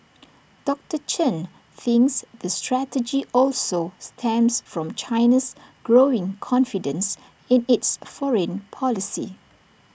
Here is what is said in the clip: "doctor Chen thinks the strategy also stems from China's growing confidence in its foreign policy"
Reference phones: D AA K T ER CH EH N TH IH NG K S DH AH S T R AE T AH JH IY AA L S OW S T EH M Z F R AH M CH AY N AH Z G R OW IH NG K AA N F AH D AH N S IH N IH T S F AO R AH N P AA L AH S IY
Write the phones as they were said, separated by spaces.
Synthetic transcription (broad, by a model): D AA K T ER CH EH N TH IH NG K S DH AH S T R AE T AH JH IY AA L S OW S T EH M S F R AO M CH AY N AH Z G R OW IH NG K AA N F AH D AH N S IH N IH T S F AO R AH N P AA L AH S IY